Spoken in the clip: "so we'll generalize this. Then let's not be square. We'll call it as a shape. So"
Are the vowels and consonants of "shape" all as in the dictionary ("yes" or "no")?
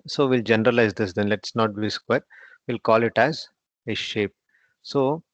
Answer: yes